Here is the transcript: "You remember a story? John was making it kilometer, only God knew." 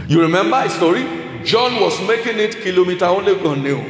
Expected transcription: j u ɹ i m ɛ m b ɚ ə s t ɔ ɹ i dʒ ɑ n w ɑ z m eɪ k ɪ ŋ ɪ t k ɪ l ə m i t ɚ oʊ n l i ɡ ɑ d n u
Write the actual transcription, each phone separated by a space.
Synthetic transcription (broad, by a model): j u ɹ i m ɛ m b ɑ ə s t ɔ ɹ i dʒ ɑ n w ɑ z m eɪ k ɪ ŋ ɪ t k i l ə m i t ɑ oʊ l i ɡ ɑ n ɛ